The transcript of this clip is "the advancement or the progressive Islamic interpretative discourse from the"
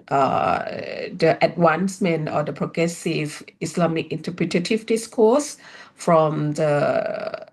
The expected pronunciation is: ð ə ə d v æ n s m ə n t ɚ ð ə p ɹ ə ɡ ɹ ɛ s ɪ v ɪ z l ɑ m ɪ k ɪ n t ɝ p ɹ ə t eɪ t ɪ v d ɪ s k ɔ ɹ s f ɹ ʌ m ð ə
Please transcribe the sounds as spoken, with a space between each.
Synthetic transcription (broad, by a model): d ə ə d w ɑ n s m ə n ɔ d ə p ɹ ə ɡ ɹ ɛ s ɪ v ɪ s l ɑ m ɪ k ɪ n t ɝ p ɹ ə t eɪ t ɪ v d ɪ s k ɔ s f ɹ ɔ m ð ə